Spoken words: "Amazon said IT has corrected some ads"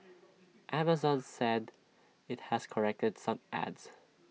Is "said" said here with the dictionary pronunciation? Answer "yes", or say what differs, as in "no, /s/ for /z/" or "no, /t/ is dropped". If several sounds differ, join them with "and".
yes